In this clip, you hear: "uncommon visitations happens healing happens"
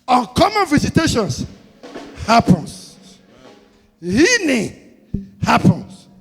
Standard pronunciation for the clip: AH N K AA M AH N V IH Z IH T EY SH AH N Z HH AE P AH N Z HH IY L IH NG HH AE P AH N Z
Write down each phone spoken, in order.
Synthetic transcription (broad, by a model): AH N K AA M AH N V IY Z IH T EY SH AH N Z HH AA P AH N S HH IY N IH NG HH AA P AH N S